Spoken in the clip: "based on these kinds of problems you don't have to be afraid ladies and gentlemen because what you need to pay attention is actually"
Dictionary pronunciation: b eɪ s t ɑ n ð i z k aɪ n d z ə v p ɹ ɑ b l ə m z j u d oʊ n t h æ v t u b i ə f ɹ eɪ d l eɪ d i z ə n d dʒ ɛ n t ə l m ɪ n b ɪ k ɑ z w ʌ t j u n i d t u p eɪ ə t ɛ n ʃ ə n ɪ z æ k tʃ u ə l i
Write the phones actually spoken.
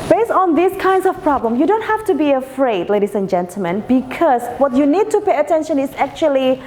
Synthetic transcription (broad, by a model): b eɪ s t ɑ n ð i s k aɪ n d s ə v p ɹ ɑ b l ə m j u d oʊ n t h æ f t u b i ə f ɹ eɪ d l eɪ d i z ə n dʒ ɛ n t ə l m ɪ n b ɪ k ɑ s w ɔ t j u n i d t u p eɪ ə t ɛ n ʃ ə n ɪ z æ k tʃ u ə l i